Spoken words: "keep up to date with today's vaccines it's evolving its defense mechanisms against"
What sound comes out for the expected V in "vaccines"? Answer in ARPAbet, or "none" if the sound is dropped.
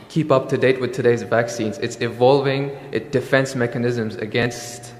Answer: V